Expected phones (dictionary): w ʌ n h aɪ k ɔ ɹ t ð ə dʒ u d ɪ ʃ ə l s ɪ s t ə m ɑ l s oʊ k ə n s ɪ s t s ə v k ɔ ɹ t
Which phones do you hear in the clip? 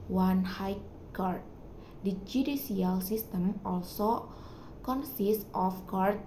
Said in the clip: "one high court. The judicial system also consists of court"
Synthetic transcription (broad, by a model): w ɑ n h aɪ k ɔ ɹ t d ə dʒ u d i s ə l s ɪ s t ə m ɑ l s oʊ k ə n s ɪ s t ə f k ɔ ɹ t